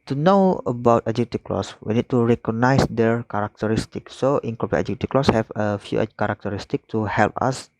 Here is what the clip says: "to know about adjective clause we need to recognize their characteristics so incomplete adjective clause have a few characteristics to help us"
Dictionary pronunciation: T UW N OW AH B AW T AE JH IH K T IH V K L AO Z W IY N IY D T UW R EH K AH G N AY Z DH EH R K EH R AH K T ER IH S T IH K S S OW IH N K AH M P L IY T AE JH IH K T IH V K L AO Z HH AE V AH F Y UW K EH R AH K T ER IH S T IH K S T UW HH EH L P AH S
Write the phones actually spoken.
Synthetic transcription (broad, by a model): T UW N OW AH B AW T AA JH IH T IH K L AO S W IY N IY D T UW R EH K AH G N AY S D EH R K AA R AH K T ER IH S T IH K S S OW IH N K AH P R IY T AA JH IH T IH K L AO S HH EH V AH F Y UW K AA R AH K T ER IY S T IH K T UW HH EH L P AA S